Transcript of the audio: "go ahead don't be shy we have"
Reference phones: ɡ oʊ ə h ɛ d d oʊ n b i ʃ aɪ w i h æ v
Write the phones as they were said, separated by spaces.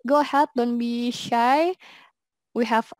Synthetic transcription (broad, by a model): ɡ oʊ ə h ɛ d d oʊ n b i ʃ aɪ w i h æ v